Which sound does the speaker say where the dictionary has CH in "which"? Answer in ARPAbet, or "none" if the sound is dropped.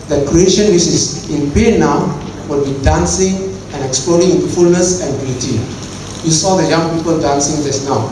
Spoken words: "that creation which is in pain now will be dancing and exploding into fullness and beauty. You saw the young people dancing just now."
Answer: S